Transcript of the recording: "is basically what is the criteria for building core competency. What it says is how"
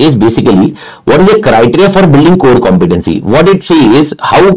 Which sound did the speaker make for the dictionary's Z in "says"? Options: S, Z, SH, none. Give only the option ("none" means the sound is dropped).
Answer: none